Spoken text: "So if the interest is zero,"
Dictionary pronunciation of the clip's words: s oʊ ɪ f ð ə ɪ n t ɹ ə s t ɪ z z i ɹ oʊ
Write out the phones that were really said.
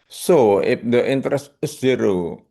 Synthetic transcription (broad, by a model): s oʊ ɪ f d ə ɪ n t ɹ ə s t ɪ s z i ɹ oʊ